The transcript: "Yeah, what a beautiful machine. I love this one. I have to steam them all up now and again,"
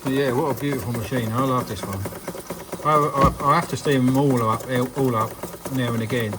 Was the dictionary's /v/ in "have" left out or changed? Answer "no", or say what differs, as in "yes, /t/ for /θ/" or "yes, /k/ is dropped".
yes, /f/ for /v/